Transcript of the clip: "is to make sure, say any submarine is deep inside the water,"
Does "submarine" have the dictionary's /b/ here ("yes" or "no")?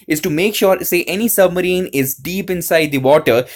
yes